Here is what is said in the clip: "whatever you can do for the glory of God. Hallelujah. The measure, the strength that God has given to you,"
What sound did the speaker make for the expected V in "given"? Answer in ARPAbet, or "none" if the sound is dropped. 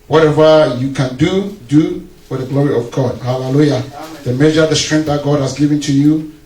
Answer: V